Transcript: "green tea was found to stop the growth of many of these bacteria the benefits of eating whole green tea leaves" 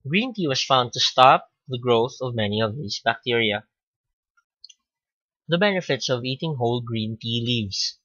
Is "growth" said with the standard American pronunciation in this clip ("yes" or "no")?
yes